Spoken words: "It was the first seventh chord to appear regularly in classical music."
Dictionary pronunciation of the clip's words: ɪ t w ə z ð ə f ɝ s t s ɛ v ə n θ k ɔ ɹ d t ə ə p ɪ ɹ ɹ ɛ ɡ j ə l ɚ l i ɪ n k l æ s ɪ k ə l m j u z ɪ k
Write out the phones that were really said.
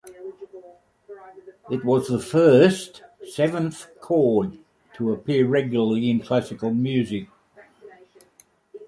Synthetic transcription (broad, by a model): ɪ t w ə z ð ə f ɝ s t s ɛ v ə n θ k ɔ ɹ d t ə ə p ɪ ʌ ɹ ɛ ɡ j l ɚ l i ɪ n k l æ s ɪ k ə l m j u z ɪ k